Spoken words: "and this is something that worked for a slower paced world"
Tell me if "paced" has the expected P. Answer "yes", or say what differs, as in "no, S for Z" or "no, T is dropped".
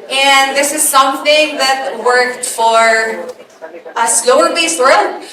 no, B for P